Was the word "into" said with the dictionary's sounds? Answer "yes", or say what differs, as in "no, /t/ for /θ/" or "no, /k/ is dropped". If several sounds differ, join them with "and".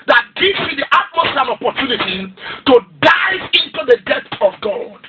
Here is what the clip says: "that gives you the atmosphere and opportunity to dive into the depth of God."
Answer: yes